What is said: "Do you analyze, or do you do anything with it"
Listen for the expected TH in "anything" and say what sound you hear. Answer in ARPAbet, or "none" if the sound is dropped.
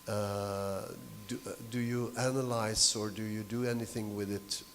TH